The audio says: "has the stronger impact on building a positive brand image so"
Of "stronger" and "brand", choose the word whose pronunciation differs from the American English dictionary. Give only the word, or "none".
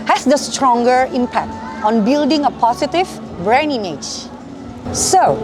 brand